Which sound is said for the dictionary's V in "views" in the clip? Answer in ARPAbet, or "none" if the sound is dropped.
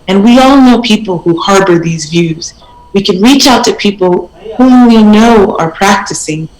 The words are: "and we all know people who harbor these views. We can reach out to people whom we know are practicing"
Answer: V